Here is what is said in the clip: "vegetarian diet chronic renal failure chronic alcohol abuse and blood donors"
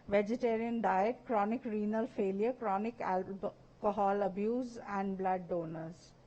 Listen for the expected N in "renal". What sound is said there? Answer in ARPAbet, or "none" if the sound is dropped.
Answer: N